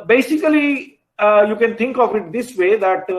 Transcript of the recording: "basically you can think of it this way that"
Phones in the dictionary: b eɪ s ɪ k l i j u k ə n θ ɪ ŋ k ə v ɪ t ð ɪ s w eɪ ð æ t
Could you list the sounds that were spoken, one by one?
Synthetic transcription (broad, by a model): b eɪ s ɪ k l i j u k ə n t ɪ ŋ k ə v ɪ t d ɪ s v eɪ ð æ t